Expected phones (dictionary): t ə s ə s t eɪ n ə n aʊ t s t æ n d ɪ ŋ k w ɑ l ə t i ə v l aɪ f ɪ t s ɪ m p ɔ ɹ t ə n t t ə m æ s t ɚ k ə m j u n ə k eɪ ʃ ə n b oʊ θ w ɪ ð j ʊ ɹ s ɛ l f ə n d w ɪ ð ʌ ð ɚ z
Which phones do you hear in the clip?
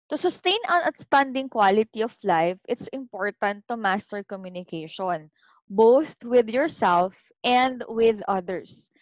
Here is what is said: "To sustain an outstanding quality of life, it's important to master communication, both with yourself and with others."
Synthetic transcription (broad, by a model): t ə s ə s t eɪ n ə n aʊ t s t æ n d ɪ ŋ k w ɑ l ə t i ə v l aɪ f ɪ t s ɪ m p ɔ ɹ t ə n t t ə m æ s t ɚ k ə m j u n ə k eɪ ʃ ə n b oʊ θ w ɪ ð j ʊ ɹ s ɛ l f ə n d w ɪ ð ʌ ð ɚ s